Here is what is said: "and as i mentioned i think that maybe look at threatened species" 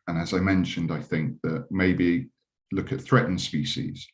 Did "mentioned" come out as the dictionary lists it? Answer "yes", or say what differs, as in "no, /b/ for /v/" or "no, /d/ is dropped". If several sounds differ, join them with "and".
yes